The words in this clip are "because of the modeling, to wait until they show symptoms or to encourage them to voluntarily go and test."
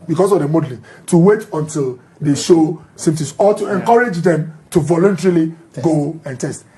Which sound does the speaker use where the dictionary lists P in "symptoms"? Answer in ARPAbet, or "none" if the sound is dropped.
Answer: none